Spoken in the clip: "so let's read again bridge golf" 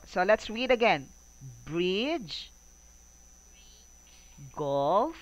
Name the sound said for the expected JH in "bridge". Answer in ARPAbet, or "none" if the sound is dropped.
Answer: JH